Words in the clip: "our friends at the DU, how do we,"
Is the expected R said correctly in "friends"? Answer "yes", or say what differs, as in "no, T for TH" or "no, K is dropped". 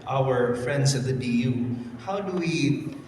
yes